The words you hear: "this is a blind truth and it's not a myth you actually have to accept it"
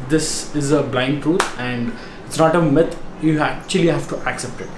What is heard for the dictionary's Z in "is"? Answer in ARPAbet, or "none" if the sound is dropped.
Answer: Z